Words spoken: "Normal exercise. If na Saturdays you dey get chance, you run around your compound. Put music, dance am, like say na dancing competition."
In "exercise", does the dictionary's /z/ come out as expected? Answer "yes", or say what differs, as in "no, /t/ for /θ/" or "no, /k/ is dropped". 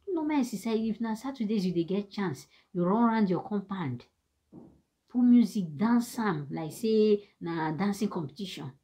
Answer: no, /z/ is dropped